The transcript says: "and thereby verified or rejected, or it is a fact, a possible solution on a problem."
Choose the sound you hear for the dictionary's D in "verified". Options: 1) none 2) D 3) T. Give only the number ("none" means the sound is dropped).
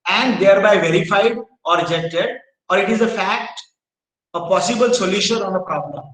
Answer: 2